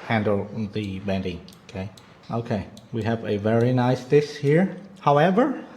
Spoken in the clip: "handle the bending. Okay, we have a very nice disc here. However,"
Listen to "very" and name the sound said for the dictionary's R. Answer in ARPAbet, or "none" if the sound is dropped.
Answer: R